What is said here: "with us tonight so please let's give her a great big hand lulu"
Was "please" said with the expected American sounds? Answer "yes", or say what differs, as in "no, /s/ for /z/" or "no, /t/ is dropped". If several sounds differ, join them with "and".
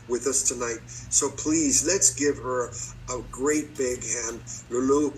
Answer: yes